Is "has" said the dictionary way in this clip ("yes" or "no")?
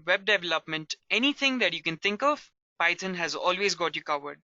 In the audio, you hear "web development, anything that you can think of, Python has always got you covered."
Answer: yes